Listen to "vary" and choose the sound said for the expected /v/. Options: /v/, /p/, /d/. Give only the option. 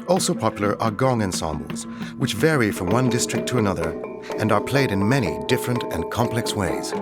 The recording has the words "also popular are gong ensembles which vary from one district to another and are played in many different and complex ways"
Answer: /v/